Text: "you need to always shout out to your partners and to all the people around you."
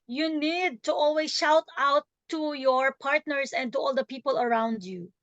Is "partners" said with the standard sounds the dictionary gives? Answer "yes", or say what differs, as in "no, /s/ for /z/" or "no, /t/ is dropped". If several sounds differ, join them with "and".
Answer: no, /s/ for /z/